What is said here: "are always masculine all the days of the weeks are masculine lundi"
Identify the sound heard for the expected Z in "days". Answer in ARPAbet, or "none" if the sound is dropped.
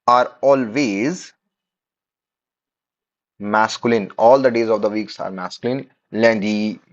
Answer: Z